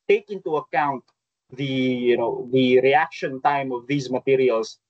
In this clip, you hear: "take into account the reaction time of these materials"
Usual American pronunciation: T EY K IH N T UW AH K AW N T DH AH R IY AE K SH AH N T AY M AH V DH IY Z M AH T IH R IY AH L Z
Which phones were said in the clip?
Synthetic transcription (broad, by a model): T EY K IH N T UW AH K AW N T DH AH R IY AE K SH AH N T AY M AH V DH IY Z M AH T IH R IY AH L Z